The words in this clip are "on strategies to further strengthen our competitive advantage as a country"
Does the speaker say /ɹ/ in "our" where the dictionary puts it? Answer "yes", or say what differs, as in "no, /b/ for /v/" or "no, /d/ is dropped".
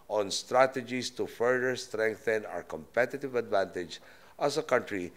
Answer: yes